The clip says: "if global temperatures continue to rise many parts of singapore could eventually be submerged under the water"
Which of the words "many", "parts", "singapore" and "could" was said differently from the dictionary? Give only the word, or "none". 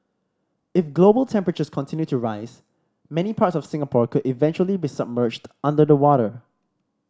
none